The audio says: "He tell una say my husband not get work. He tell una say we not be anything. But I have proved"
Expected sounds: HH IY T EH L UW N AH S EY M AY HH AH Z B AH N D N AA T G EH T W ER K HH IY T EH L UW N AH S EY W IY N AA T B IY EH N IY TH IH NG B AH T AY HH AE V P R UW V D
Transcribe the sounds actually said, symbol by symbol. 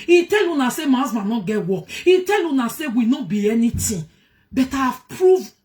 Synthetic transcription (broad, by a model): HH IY T EH L UW N AH S EY M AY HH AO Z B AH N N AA G EH T W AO K HH IY T EH L UW N AH S EY W IY N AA B IY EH N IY T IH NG B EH T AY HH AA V P R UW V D